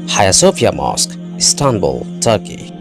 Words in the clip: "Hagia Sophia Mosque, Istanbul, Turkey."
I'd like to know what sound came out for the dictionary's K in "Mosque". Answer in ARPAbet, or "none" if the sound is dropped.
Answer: K